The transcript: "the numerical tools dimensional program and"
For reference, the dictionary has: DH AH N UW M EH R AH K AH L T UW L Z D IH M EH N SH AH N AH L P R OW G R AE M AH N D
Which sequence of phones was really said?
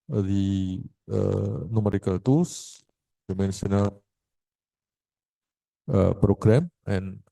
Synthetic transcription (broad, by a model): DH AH N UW M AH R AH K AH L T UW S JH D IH M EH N S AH N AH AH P R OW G R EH M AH N